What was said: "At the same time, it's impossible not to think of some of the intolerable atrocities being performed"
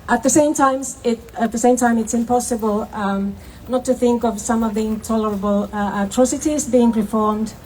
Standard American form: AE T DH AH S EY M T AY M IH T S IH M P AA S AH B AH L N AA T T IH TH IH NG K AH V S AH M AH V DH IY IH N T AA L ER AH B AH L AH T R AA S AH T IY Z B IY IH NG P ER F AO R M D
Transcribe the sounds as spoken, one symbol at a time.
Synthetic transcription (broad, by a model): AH T DH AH S EY M T AY M IH T S IH M P AA S AH B AH L N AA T T IH TH IH NG K AH V S AH M AH V DH IY IH N T AA L ER AH B AH L AH T R AA S AH T IY Z B IY IH NG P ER F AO R M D